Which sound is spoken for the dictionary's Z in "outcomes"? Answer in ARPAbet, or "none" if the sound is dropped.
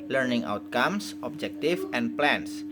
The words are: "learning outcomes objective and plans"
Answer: S